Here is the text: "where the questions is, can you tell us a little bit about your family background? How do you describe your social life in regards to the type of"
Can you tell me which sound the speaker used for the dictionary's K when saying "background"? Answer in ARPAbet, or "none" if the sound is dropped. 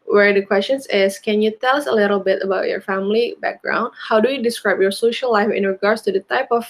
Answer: K